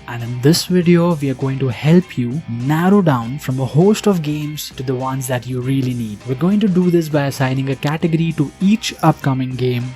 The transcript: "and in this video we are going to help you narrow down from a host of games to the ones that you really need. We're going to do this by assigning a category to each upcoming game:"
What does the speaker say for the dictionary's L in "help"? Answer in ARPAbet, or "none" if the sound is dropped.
L